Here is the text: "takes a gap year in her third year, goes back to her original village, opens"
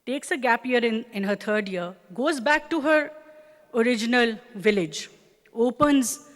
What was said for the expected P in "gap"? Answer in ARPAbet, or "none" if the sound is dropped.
P